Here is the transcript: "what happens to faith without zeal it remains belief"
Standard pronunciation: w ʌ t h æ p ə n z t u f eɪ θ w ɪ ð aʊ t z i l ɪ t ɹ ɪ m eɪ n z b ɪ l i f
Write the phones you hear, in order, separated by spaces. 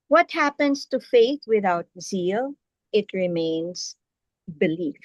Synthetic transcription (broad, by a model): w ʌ t h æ p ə n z t u f eɪ t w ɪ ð aʊ t z i l ɪ t ɹ ɪ m eɪ n z b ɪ l i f